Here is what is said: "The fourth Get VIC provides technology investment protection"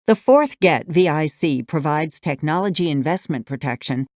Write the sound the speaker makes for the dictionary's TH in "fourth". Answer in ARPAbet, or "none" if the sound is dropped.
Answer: TH